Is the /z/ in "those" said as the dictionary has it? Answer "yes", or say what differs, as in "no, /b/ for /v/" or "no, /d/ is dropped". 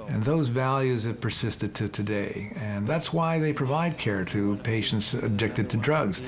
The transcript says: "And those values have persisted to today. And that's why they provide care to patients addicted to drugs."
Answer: yes